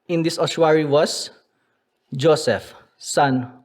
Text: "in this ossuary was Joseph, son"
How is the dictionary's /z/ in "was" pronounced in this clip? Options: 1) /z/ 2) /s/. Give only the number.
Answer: 2